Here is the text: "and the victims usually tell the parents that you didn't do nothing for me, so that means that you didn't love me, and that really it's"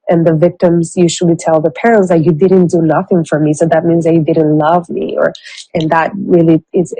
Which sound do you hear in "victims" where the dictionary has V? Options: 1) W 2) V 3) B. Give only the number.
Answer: 2